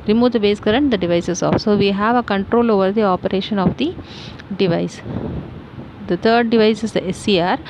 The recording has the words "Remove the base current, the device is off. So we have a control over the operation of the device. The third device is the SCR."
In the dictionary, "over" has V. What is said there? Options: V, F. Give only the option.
V